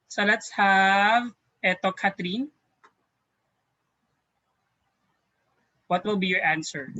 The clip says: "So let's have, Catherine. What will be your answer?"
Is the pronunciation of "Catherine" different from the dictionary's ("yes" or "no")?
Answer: yes